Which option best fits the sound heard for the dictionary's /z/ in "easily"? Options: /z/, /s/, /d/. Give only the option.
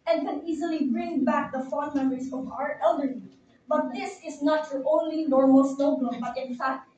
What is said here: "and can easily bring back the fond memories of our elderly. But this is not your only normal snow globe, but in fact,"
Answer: /z/